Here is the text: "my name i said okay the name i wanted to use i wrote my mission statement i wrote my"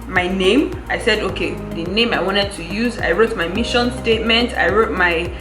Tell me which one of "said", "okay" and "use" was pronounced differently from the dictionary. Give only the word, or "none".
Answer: none